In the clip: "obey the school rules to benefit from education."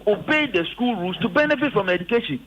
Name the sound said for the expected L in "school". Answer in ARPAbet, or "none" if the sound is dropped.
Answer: L